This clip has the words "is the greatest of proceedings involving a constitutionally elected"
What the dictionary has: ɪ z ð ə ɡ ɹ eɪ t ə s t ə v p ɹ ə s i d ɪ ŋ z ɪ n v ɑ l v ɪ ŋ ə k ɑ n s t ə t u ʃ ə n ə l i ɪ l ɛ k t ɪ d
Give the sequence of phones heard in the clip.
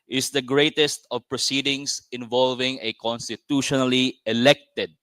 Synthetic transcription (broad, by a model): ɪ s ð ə ɡ ɹ eɪ t ə s t ə v p ɹ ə s i d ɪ ŋ s ɪ n v ɑ l v ɪ ŋ ə k ɑ n s t ə t u ʃ ə n ə l i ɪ l ɛ k t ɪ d